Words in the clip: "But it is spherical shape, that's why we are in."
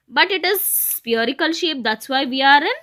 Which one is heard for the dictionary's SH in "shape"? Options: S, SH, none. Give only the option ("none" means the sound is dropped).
SH